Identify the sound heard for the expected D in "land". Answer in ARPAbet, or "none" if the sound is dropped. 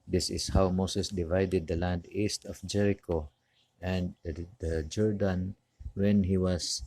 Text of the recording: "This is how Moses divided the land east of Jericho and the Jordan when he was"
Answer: D